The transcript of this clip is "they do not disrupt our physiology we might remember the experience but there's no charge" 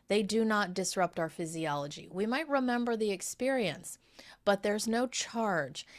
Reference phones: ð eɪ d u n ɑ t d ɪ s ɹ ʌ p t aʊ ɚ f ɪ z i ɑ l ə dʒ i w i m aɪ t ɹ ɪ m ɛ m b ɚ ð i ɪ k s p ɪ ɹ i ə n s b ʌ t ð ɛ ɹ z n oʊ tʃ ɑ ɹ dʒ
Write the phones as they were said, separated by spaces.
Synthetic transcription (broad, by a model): ð eɪ d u n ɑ t d ɪ s ɹ ʌ p t aʊ ɚ f ɪ z i ɑ l ə dʒ i w i m aɪ t ɹ ɪ m ɛ m b ɚ ð i ɪ k s p ɪ ɹ i ə n s b ʌ t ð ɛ ɹ z n oʊ tʃ ɑ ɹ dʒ